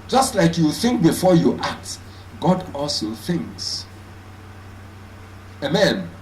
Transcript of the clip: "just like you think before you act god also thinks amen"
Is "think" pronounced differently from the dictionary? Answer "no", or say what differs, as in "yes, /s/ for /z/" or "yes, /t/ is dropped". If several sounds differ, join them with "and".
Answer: no